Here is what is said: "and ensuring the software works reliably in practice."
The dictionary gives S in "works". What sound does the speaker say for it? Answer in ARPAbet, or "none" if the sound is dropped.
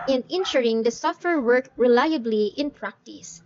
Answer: none